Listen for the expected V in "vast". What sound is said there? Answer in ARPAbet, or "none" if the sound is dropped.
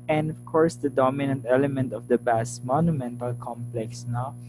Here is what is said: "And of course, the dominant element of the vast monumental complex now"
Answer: B